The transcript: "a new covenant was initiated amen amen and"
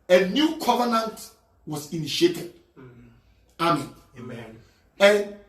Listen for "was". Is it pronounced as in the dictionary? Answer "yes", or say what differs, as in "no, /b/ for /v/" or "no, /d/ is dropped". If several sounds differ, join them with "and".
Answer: no, /s/ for /z/